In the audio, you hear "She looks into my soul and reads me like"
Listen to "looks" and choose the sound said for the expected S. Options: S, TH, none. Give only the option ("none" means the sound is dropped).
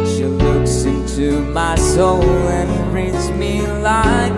S